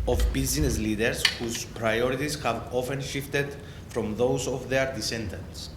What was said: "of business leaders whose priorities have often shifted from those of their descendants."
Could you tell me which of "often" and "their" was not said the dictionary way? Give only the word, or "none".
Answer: none